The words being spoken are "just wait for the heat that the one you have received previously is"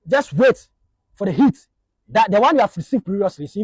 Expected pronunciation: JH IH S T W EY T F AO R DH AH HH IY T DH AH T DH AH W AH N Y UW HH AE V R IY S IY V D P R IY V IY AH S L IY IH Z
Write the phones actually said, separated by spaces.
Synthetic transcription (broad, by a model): JH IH S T W EY T F AO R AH HH IY T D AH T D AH W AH N Y UW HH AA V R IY S IY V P IY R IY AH S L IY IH